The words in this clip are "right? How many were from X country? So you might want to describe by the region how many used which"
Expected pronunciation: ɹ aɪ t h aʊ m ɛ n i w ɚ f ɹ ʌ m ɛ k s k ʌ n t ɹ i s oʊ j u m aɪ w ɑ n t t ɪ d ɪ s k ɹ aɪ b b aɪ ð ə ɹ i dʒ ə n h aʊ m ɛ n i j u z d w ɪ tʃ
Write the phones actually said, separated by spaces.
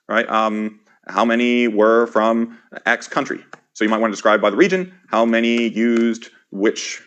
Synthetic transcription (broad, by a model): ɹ aɪ t h aʊ m ɛ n i w ɚ f ɹ ʌ m ɛ k s k ʌ n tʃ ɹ i s oʊ j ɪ m aɪ w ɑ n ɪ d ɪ s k ɹ aɪ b b aɪ ð ə ɹ i dʒ ə n h aʊ m ɛ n i j u z d w ɪ tʃ